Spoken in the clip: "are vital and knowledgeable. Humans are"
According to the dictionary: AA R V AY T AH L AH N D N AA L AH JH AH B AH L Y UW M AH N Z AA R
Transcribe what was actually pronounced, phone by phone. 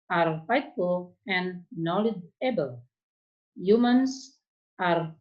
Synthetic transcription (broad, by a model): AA R F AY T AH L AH N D N AA L AH JH AH B AH L Y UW M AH N S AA R